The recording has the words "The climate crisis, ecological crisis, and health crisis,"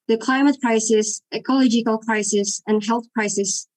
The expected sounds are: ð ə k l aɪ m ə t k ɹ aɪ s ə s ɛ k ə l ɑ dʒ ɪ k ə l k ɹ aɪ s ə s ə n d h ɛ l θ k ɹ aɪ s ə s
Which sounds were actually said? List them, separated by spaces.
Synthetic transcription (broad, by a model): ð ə k l aɪ m ə t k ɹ aɪ s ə s ɛ k ə l ɑ dʒ ɪ k ə l k ɹ aɪ s ə s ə n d h ɛ l θ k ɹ aɪ s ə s